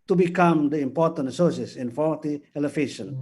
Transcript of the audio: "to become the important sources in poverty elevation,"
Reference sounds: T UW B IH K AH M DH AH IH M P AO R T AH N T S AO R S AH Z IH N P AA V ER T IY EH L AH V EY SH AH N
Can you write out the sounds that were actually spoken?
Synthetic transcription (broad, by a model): T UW B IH K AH M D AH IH M P AO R T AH N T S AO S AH S IH N F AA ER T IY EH L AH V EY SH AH N